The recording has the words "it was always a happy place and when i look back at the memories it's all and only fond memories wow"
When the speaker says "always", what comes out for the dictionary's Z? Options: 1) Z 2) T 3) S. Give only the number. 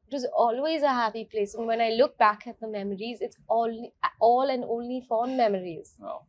1